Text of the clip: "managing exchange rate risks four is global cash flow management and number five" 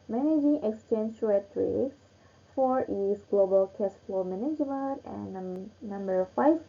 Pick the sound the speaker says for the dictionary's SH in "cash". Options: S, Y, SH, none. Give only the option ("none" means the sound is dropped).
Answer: S